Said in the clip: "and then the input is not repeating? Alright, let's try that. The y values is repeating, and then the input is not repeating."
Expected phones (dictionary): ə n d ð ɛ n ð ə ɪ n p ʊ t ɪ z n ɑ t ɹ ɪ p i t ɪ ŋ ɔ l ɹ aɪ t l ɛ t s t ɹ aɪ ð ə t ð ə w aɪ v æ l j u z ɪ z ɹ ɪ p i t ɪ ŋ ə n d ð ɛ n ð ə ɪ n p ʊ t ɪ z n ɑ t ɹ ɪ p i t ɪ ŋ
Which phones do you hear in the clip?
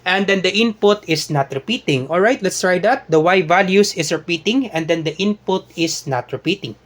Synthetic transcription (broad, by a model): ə n d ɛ n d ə ɪ n p ʊ t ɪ s n ɑ t ɹ ɪ p i t ɪ ŋ ɔ l ɹ aɪ t l ɛ t s t ɹ aɪ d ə t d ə w aɪ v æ l j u s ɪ s ɹ ɪ p i t ɪ ŋ ə n d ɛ n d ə ɪ n p ʊ t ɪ s n ɑ t ɹ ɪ p i t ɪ ŋ